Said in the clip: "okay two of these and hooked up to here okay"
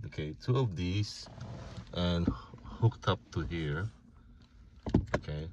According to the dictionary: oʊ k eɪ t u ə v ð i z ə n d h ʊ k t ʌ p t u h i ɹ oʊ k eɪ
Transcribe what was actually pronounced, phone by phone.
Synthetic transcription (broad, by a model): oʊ k eɪ t u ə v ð i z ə n h ʊ k t ʌ p t u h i ɹ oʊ k eɪ